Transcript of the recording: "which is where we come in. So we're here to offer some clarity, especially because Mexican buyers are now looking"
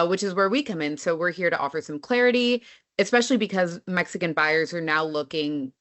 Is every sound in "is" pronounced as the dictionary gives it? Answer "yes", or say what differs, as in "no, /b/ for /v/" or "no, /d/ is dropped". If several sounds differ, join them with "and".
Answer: yes